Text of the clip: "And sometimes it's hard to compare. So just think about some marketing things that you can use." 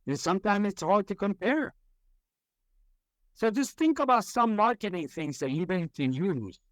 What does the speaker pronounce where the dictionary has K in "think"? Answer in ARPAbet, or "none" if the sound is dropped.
K